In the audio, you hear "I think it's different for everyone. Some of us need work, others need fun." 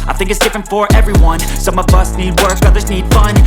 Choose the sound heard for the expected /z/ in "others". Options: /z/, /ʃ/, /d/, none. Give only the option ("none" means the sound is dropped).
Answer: /z/